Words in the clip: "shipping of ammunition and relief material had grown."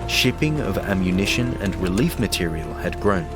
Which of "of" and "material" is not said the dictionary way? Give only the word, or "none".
none